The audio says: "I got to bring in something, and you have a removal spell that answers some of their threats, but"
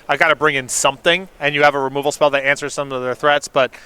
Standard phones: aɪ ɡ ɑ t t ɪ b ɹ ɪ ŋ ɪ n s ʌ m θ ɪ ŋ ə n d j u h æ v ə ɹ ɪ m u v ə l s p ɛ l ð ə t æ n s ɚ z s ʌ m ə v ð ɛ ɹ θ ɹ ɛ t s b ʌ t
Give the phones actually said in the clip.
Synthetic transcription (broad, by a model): aɪ ɡ ɑ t t ɪ b ɹ ɪ ŋ ɪ n s ʌ m θ ɪ ŋ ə n j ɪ v ə ɹ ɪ m u v l s p ɛ l ð ə t æ n s ɚ z s ʌ m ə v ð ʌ ɹ θ ɹ ɛ t s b ʌ t